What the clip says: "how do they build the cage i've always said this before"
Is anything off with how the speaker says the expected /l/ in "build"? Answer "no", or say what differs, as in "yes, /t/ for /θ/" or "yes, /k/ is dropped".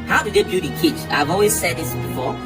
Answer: yes, /l/ is dropped